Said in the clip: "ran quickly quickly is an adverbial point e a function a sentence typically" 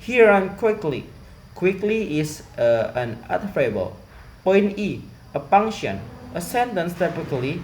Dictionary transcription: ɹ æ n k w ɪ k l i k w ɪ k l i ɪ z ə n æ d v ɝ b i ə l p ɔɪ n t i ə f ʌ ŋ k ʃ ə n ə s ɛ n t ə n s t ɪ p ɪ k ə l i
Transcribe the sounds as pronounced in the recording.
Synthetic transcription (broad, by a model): ɹ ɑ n k w ɪ k l i k w ɪ k l i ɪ s ə n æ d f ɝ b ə l p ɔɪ n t i ə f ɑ ŋ ʃ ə n ə s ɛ n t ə n s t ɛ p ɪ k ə l i